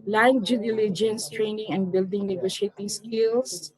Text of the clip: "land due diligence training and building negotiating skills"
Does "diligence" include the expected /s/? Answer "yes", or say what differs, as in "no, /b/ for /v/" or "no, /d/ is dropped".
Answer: yes